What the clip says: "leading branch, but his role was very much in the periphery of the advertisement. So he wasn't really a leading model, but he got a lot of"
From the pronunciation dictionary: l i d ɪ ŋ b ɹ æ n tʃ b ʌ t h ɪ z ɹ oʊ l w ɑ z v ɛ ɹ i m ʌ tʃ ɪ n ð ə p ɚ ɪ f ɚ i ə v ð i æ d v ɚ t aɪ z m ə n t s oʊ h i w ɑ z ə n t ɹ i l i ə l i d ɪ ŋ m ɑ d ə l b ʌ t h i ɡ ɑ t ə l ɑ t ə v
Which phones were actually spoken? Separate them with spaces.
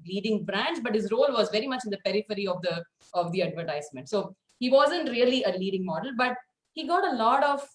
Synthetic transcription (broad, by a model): l i d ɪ ŋ b ɹ æ n tʃ b ʌ t h ɪ z ɹ oʊ l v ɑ z v ɛ ɹ i m ʌ tʃ ɪ n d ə p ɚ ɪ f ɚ i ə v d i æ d v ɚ t aɪ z m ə n t s oʊ h i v ɑ z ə n t ɹ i l i ə l i d ɪ ŋ m ɑ d ə l b ʌ t h i ɡ ɑ t ə l ɑ t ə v